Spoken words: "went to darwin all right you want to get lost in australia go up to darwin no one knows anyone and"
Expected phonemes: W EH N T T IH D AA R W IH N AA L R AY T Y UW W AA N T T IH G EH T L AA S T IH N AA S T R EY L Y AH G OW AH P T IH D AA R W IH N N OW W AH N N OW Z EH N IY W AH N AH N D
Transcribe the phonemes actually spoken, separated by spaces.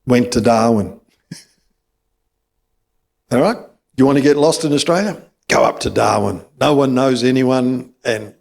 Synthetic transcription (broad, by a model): W EH N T T IH D AA R W IH N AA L R AY T Y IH W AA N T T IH G EH T L AA S T IH N AA S T R EY L Y AH G OW AH P T IH D AA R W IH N N OW W AH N N OW Z EH N IY W AH N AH N